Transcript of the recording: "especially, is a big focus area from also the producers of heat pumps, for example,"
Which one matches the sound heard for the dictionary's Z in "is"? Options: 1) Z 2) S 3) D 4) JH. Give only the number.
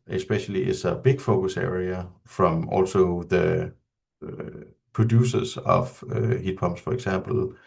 2